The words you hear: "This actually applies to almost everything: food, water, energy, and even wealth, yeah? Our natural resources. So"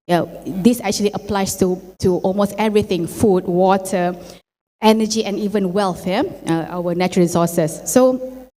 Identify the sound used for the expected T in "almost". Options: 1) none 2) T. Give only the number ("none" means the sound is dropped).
2